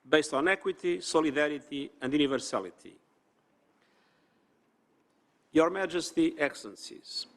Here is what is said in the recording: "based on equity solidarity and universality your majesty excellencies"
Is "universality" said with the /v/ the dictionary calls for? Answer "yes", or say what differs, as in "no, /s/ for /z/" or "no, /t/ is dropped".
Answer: yes